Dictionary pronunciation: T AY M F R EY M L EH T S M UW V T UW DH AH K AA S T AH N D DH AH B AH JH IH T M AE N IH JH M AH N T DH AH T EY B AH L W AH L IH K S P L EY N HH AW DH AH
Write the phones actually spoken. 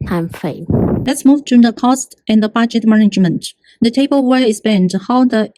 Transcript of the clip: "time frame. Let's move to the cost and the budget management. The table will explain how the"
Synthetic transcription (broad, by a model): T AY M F EY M L EH T S M UW V T UW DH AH K AA S T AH N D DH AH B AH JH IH T M AE N IH JH M AH N T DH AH T EY B AH L W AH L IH S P EY N HH AW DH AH